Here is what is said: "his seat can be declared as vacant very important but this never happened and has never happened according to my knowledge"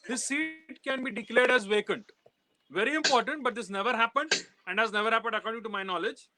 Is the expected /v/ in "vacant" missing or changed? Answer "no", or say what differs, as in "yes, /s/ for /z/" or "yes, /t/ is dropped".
no